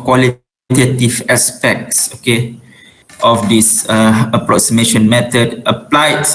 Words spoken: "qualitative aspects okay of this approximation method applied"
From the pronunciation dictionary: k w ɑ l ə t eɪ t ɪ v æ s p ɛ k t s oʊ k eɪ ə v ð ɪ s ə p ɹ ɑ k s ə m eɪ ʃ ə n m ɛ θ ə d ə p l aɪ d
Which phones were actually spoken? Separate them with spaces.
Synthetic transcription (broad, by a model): k w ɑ l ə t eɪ t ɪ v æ s p ɛ k t s oʊ k eɪ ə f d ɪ s ə p ɹ ɑ k s ə m eɪ ʃ ə n m ɛ t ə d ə p l aɪ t